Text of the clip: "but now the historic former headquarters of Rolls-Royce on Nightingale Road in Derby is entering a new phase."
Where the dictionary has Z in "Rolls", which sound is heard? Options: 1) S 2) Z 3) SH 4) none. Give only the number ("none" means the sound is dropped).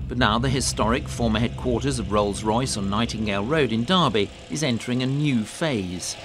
2